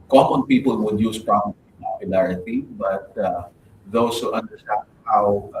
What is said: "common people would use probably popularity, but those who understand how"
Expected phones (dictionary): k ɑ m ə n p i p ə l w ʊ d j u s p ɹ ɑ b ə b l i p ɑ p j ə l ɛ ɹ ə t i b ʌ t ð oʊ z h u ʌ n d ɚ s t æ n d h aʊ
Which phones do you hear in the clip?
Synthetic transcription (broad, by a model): k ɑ m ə n p i p ə l w ʊ d j u s p ɹ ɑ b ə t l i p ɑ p j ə l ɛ ɹ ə t i b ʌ t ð oʊ s h u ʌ n d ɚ s t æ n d h aʊ